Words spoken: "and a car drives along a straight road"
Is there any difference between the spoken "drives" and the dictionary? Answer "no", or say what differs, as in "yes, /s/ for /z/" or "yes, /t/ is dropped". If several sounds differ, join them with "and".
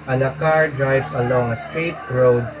yes, /s/ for /z/